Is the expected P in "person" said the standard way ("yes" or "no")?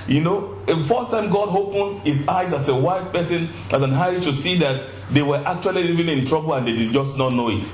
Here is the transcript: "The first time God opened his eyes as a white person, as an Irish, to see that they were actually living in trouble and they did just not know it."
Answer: yes